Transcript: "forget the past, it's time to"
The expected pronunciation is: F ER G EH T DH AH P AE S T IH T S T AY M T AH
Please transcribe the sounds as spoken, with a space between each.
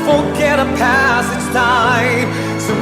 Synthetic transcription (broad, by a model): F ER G EH T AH P AE S IH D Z T AY M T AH